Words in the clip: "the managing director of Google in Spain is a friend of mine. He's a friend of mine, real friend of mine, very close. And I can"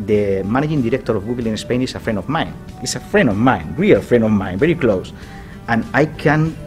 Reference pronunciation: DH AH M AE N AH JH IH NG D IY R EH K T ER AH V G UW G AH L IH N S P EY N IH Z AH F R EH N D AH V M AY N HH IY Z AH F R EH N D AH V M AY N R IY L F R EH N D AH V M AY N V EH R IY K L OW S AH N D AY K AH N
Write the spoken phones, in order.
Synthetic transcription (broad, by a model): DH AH M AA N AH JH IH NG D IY R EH K T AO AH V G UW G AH L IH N S P EY N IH S AH F R EH N D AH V M AY N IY S AH F R EH N D AH V M AY N R IY L F R EH N D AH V M AY N V EH R IY K L OW S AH N AY K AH N